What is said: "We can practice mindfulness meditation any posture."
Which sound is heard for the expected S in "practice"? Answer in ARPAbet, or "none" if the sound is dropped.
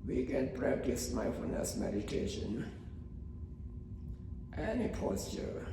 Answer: S